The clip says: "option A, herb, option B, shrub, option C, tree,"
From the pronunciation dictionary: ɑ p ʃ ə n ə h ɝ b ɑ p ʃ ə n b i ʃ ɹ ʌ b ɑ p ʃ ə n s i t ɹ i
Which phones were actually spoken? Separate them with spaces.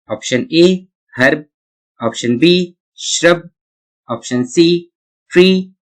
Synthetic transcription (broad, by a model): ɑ p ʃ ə n ə h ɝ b ɑ p ʃ ə n b i ʃ ɹ ʌ b ɑ p ʃ ə n s i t ɹ i